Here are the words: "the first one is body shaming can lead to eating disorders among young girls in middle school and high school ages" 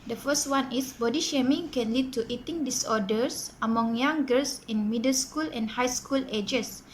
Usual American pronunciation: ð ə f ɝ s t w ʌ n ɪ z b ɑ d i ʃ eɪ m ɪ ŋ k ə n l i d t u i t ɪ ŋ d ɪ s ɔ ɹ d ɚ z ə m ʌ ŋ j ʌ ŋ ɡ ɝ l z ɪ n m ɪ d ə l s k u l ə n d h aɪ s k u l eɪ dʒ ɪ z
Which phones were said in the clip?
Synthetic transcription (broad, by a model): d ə f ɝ s t w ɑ n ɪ s b ɑ d i ʃ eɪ m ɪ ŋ k ə n l i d t u i t ɪ ŋ d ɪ s ɔ d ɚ s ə m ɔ ŋ j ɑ ŋ ɡ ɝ l s ɪ n m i d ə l s k u l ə n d h aɪ s k u l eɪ dʒ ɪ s